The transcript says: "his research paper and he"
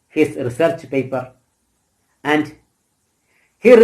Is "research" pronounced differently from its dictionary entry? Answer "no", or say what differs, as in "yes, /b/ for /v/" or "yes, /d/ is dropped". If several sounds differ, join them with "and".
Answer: no